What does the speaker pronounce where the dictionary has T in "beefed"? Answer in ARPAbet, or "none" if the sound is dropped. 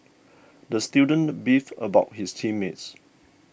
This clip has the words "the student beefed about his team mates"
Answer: none